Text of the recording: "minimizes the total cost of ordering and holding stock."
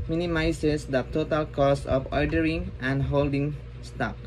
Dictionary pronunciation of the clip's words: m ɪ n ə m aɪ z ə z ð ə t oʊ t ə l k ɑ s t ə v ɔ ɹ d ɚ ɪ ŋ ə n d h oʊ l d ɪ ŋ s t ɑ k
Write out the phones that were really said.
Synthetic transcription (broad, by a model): m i n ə m aɪ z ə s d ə t oʊ t ə l k ɑ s ə f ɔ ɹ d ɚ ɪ ŋ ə n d h oʊ l d ɪ ŋ s t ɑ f